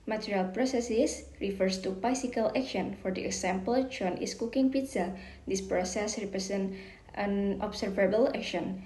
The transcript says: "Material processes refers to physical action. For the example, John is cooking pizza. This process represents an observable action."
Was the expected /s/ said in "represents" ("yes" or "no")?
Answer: no